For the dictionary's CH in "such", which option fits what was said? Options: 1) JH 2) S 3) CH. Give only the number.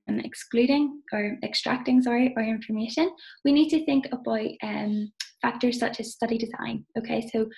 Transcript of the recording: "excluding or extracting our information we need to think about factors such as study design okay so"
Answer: 3